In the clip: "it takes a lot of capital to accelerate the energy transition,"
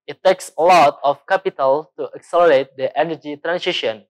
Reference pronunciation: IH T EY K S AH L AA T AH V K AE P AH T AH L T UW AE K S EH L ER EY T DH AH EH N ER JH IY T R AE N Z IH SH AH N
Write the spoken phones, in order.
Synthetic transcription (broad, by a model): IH T EY K S AH L AA T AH F K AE P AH T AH L T UW AE K S EH L ER EY T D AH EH N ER JH IY T R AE N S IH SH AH N